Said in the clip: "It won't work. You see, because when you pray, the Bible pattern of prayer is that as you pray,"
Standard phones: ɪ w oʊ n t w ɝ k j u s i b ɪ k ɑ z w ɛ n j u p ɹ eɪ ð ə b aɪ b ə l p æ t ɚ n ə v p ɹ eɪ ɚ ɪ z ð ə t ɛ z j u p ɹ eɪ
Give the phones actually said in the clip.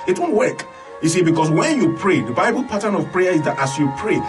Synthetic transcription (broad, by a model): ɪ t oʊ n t w ɝ k j u s i b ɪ k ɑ s w ɛ n j u p ɹ eɪ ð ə b aɪ b ə l p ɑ t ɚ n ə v p ɹ eɪ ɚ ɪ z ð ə t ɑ s j u p ɹ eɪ